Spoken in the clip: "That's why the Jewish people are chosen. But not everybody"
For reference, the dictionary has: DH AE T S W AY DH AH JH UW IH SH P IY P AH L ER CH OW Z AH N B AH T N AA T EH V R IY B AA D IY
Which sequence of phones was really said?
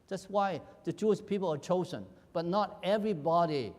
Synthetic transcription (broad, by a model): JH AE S W AY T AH CH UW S P IY P AH L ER CH OW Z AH N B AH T N AA T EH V R IY B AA D IY